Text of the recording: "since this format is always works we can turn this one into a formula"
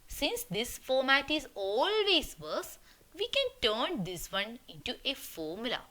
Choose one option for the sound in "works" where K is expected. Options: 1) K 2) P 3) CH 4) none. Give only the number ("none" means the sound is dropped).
4